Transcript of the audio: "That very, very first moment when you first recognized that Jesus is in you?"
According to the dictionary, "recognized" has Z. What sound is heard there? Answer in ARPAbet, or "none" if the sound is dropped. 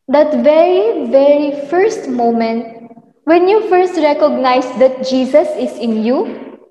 S